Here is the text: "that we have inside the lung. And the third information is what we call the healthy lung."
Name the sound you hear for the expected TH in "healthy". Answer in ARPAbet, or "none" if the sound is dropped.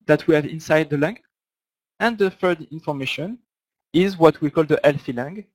F